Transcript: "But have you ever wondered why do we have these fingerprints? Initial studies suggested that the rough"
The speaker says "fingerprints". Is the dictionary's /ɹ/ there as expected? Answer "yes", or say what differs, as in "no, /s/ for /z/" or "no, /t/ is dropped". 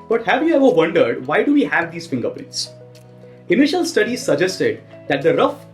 no, /ɹ/ is dropped